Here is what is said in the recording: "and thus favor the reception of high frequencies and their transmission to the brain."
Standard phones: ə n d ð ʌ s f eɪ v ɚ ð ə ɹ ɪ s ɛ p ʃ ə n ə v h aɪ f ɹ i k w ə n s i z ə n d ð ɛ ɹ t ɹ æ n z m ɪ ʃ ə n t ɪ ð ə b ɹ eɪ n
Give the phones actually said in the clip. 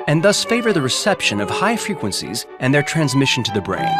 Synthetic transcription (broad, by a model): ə n ð ʌ s f eɪ v ɚ ð ə ɹ ɪ s ɛ p ʃ ə n ə v h aɪ f ɹ i k w ə n s i z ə n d ð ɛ ɹ t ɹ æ n z m ɪ ʃ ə n t ɪ ð ə b ɹ eɪ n